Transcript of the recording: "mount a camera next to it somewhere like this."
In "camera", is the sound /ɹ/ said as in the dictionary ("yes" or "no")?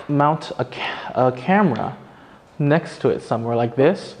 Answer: yes